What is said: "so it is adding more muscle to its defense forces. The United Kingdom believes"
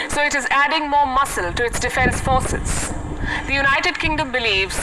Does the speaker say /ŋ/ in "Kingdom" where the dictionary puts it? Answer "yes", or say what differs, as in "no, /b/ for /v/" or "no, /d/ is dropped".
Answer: yes